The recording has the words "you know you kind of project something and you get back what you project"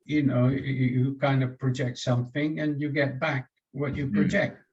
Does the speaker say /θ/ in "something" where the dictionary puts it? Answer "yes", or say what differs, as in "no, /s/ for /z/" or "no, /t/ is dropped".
yes